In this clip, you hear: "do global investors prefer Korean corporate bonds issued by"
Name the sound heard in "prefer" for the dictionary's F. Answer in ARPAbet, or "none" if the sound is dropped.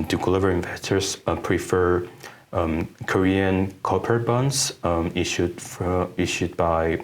F